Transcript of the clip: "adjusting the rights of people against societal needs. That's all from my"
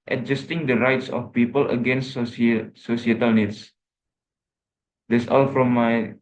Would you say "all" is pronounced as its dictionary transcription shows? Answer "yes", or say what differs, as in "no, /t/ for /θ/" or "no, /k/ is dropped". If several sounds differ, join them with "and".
yes